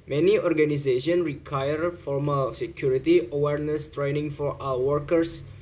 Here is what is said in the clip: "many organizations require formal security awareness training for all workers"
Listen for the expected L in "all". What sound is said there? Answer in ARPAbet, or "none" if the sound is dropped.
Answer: W